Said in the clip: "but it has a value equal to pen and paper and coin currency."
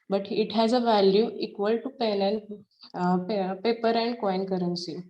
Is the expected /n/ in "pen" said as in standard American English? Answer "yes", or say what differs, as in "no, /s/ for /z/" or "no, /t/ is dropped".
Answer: no, /l/ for /n/